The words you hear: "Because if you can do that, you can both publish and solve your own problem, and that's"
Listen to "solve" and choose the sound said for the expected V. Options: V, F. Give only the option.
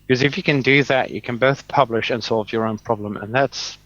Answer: V